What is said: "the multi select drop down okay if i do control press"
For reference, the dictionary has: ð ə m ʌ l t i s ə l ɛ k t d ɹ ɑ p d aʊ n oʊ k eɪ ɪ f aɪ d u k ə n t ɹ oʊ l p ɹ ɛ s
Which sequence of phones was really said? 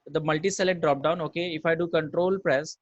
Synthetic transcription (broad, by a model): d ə m ʌ l t i s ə l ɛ t d ɹ ɑ p d aʊ n oʊ k eɪ ɪ f aɪ d u k ə n t ɹ oʊ l p ɹ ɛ s